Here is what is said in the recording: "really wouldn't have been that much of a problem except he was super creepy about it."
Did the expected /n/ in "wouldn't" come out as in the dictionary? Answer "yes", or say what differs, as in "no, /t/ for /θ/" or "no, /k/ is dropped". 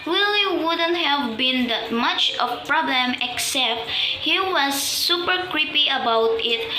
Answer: yes